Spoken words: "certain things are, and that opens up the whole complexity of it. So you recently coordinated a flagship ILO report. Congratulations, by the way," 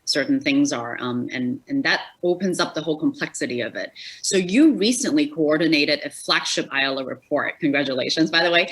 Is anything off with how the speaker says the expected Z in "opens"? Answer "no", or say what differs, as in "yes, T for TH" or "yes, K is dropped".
no